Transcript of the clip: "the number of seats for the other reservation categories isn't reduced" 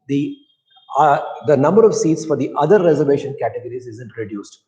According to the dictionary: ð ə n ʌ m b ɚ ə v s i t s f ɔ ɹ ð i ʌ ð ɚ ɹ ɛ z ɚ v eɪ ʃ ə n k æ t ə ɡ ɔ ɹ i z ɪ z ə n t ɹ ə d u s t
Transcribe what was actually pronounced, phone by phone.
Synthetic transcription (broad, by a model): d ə n ʌ m b ɚ ə v s i t s f ɔ ɹ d i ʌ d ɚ ɹ ɛ z ɚ v eɪ ʃ ə n k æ t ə ɡ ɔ ɹ i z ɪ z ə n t ɹ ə d u s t